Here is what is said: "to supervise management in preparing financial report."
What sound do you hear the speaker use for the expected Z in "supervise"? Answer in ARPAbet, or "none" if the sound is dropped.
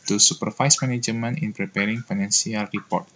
S